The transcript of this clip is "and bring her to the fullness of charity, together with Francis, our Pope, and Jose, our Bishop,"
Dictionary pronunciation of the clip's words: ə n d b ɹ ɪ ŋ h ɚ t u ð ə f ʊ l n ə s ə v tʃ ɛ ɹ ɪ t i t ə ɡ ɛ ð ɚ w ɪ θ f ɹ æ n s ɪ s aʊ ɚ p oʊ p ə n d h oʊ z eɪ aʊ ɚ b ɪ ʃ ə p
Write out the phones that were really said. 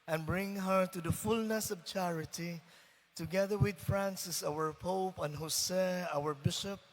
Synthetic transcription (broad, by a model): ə n b ɹ ɪ ŋ h ɚ t u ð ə f ʊ l n ə s ə v tʃ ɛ ɹ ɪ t i t ə ɡ ɛ ð ɚ w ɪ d f ɹ æ n s ɪ s aʊ ɚ p oʊ p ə n h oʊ s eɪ aʊ ɚ b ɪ ʃ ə p